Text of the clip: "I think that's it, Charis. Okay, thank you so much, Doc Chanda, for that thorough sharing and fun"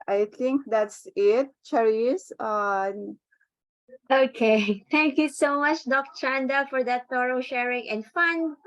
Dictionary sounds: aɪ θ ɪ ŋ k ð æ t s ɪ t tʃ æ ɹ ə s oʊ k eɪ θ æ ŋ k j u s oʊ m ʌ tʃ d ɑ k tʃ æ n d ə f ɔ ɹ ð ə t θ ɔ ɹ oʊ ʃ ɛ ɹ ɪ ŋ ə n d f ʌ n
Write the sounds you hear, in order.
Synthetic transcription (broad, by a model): aɪ t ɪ ŋ k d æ t s ɪ t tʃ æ ɹ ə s oʊ k eɪ t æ ŋ k j u s oʊ m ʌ tʃ d ɑ k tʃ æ n d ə f ɔ ɹ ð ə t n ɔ ɹ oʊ ʃ ɛ ɹ ɪ ŋ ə n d f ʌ n